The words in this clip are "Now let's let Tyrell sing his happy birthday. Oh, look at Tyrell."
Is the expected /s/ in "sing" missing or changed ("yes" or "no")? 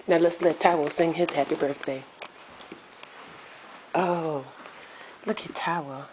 no